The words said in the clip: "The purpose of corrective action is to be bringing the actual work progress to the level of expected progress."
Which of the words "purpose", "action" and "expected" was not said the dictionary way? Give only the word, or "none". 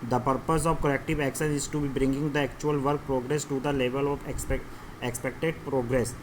none